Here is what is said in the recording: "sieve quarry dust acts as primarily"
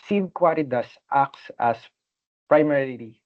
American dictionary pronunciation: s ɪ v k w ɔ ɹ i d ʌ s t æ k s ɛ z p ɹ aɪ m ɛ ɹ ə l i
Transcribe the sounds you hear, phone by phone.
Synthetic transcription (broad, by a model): s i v k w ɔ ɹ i d ʌ s t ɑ k s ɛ s p ɹ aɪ m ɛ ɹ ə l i